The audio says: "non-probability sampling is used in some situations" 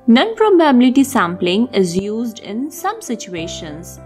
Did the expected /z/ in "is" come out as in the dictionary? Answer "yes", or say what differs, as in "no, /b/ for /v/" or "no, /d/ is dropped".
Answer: yes